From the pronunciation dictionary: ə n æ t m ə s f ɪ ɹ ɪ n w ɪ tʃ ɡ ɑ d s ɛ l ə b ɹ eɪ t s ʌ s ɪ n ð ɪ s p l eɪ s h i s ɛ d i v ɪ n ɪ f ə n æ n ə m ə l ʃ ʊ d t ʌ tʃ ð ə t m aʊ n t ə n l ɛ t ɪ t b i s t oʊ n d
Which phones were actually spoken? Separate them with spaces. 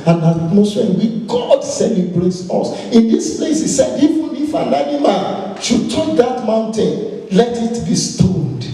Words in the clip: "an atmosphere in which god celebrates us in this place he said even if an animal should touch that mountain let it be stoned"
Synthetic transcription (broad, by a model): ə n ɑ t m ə s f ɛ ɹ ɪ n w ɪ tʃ ɡ ɑ d s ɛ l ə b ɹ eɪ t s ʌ s ɪ n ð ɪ s p l eɪ s h i s ɛ d i v ɪ n ɪ f ə n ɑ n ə m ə n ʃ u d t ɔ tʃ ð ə t m aʊ n t ə n l ɛ t ɪ t b i s t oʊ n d